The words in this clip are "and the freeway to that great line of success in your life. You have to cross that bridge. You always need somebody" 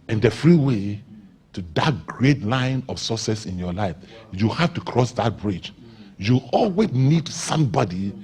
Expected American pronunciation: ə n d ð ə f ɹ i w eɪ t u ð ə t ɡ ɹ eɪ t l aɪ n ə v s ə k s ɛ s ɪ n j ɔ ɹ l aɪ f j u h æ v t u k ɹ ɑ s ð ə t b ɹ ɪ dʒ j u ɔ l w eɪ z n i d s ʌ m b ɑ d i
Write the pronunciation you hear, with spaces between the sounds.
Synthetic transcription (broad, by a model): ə n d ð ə f ɹ i w eɪ t u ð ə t ɡ ɹ eɪ t l aɪ n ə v s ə s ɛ s ɪ n j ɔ l aɪ f j u h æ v t u k ɹ ɑ s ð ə t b ɹ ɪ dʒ j u ɔ l w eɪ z n i d s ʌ m b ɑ d i